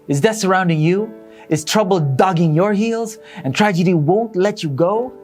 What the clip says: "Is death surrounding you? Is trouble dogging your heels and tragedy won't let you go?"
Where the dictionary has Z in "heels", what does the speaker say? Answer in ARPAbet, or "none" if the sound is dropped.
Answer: Z